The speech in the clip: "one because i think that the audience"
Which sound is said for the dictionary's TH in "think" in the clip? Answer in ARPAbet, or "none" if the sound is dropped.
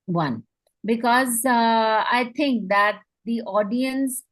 T